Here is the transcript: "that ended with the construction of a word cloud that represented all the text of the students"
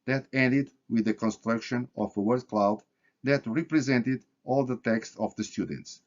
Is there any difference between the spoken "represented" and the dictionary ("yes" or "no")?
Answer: no